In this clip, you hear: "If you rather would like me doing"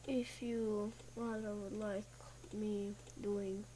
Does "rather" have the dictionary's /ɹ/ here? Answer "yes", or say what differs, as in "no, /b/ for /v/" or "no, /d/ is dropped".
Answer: no, /w/ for /ɹ/